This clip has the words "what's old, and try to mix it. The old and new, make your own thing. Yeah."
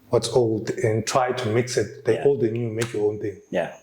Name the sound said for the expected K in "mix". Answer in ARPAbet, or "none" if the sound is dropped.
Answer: K